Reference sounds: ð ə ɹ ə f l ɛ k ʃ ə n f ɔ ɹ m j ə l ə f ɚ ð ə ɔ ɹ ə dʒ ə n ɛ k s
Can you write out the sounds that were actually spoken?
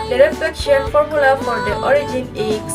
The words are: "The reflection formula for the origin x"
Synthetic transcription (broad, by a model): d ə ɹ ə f ɛ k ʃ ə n f ɔ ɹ m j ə l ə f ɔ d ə ɔ ɹ ə dʒ ə n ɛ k